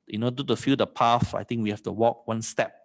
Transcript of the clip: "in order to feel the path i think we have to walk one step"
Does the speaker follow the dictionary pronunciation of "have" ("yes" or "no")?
no